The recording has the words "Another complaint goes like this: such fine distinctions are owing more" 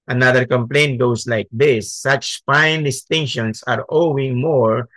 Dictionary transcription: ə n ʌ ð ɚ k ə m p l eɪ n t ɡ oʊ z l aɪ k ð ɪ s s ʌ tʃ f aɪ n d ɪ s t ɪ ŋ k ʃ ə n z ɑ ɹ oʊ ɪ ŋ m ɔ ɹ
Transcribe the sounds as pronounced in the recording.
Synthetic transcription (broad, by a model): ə n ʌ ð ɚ k ə m p l eɪ n t ɡ oʊ s l aɪ k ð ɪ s s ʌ tʃ f aɪ n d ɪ s t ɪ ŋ k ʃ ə n s ɑ ɹ oʊ ɪ ŋ m ɔ ɹ